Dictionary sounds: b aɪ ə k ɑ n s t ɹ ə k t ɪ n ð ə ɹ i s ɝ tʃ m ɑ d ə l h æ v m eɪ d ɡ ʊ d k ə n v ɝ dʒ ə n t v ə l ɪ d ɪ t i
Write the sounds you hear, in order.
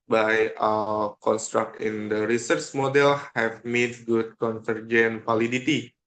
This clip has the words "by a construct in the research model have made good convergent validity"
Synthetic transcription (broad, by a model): b aɪ ə k ɑ n s t ɹ ə k t ɪ n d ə ɹ i s ɝ tʃ m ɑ d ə l h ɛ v m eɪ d ɡ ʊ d k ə n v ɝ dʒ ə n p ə l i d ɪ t i